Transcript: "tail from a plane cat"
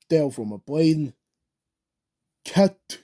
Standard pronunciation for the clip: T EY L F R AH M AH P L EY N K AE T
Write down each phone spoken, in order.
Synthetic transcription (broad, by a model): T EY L F R AH M AH B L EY N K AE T